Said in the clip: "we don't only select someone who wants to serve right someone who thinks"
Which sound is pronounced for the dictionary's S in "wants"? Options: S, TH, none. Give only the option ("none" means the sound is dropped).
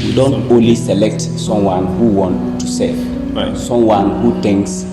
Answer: none